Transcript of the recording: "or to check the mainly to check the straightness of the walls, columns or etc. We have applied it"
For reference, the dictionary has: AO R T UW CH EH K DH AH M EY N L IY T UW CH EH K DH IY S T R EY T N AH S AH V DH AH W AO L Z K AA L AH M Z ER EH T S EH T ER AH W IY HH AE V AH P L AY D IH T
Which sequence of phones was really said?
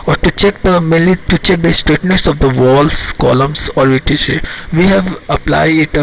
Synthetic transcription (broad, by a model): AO R T UW CH EH K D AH M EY L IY T UW CH EH K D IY S T R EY T N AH S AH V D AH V AO L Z K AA L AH M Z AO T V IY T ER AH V IY HH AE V AH P L AY D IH T